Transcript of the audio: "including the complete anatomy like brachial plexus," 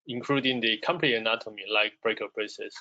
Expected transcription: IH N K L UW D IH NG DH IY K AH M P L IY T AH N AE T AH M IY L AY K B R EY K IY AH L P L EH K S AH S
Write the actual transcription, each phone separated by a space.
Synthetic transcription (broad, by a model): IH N K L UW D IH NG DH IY K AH M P N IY AH N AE T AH M IY L AY K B R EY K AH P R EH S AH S